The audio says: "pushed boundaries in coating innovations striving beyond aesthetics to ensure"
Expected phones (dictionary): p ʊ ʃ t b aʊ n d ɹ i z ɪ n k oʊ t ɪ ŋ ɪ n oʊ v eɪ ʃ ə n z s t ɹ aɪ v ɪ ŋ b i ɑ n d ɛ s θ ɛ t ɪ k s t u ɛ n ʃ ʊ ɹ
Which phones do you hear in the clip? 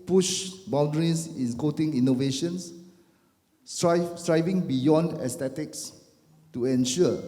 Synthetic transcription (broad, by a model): p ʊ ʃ b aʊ n d ɹ i s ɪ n k oʊ t ɪ ŋ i n oʊ v eɪ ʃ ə n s s t ɹ aɪ v ɪ ŋ b i ɑ n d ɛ s t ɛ t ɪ k s t u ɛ n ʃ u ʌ